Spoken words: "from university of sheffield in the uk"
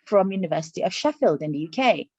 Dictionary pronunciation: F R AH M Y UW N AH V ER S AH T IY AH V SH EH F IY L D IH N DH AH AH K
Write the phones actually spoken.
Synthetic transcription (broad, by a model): F R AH M Y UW N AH V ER S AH T IY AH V SH EH F IY L D IH N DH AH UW K